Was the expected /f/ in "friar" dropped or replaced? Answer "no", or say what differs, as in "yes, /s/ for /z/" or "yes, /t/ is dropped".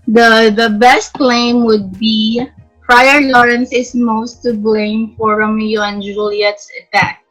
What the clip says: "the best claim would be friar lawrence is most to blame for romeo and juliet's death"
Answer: yes, /p/ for /f/